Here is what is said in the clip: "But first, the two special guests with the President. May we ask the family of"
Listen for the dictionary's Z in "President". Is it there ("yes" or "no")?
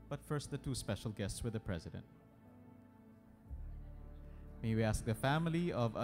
yes